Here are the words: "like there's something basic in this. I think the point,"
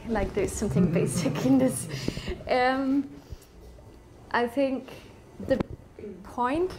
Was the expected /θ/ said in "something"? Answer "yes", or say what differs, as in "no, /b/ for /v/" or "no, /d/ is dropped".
yes